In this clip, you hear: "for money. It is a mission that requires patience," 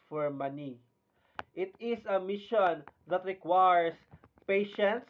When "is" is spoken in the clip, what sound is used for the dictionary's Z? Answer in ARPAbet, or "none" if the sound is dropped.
S